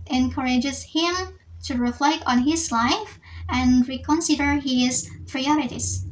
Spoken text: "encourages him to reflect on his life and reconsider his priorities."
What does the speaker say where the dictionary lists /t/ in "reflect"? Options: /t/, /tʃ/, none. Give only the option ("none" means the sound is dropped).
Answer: /t/